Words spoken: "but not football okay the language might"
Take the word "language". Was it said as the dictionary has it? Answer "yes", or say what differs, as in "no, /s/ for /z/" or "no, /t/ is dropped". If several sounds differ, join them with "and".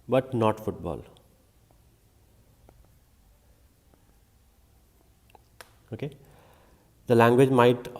yes